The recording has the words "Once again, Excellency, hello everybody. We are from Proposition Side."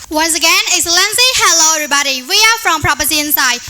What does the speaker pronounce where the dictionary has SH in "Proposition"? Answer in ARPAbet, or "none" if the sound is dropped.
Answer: none